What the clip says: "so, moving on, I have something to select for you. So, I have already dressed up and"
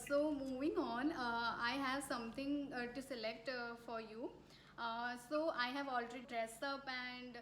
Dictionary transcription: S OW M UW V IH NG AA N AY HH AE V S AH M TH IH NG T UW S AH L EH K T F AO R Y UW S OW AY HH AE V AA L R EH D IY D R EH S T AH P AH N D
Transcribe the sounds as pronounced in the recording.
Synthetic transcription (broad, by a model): S OW M UW V IH NG AA N AY HH AE V S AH M T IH NG T UW S AH L EH K T F AO R Y UW S OW AY HH AE V AA L R EH D IY D R EH S T AH P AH N D